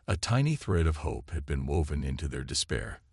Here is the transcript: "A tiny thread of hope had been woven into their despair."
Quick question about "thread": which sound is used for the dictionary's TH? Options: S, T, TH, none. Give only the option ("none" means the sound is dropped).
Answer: TH